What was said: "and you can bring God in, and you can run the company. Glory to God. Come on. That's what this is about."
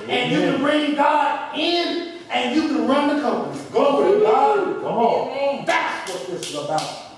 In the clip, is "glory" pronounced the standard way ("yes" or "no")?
no